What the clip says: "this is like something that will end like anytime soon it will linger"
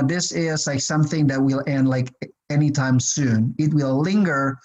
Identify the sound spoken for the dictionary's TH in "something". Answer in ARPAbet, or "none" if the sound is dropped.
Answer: TH